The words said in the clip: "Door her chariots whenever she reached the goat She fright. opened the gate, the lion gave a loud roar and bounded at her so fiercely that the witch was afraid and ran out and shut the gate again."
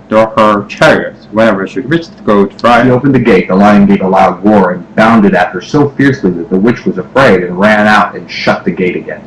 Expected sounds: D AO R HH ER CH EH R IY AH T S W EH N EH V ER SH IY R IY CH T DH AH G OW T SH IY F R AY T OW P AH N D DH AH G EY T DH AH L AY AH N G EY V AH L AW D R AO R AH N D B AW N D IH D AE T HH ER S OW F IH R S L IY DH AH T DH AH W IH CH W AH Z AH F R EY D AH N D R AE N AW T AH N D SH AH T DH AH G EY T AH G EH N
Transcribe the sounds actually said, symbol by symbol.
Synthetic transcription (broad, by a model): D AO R HH ER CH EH R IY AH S W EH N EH V ER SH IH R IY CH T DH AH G OW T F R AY OW P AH N DH AH G EY T DH AH L AY AH N G EY V AH L AW D W AO R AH N B AW N D IH D AE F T ER S OW F IH R S L IY DH AH T DH AH W IH CH W AH Z AH F R EY D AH N R AE N AW T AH N SH AH T DH AH G EY T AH G EH N